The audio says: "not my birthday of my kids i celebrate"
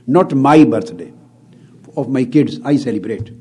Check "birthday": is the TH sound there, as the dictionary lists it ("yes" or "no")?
no